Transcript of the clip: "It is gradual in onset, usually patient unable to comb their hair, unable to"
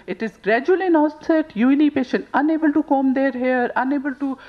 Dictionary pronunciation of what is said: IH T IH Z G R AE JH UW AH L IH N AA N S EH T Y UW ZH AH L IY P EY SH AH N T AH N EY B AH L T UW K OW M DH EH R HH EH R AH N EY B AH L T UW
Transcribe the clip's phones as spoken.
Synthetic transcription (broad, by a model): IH T IH Z G R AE JH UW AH L IH N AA S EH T Y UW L IY P EY SH AH N T AH N EY B AH L T UW K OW M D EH R HH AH R AH N EY B AH L T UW